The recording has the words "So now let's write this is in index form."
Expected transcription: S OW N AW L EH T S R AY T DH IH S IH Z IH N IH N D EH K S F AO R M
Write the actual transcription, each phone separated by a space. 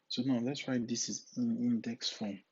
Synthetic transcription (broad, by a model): S OW N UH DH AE T S W AY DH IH S IH Z IH N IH N D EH K S F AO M